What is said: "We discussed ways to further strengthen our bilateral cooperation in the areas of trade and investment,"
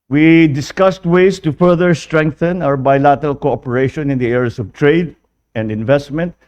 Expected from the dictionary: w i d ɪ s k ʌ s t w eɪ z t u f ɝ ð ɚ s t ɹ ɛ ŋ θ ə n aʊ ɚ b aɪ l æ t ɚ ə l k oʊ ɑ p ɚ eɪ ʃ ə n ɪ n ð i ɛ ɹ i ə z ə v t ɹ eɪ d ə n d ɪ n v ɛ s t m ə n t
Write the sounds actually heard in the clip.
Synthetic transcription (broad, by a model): w i d ɪ s k ʌ s t w eɪ s t u f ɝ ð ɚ s t ɹ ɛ ŋ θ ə n aʊ ɚ b aɪ l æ t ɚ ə l k oʊ ɑ p ɚ eɪ ʃ ə n ɪ n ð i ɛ ɹ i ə s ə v t ɹ eɪ d ə n d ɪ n v ɛ s t m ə n t